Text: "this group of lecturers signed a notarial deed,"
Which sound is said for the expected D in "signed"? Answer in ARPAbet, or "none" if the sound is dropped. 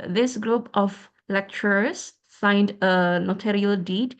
D